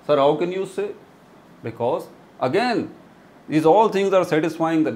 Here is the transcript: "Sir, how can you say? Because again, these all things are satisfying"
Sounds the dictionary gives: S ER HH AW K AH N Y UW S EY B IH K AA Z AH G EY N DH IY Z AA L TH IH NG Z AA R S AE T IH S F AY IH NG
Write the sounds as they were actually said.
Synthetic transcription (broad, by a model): S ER HH AW K AH N Y UW S EY B IH K AA Z AH G EY N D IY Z AA L T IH NG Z AA R S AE T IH S F AY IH NG